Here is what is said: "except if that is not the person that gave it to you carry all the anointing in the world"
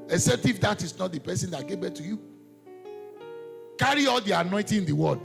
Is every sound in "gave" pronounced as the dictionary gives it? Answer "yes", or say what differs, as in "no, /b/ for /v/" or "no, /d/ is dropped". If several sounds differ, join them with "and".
no, /b/ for /v/